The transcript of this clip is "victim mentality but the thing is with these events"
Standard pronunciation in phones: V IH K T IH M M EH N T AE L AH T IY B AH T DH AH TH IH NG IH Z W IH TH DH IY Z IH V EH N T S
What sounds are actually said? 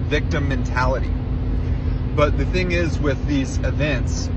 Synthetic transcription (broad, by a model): V IH K T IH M M EH N T AE L AH T IY B AH T DH AH TH IH NG IH Z W IH DH IY Z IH V EH N T S